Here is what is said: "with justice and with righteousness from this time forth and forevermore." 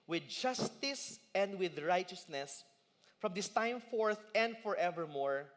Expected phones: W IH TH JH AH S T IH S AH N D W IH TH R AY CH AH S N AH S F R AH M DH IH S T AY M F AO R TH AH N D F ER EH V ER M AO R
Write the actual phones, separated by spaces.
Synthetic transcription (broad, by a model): W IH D JH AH S T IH S AH N D W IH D R AY CH AH S N AH S F R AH M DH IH S T AY M F AO R TH AH N D F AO EH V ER M AO R